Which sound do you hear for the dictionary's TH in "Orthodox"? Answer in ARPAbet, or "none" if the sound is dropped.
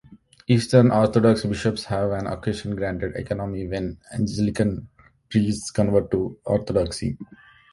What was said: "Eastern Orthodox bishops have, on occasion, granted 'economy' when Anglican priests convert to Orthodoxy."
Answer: T